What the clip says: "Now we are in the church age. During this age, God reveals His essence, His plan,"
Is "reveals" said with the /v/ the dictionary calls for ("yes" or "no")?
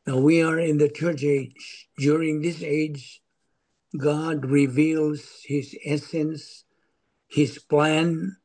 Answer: yes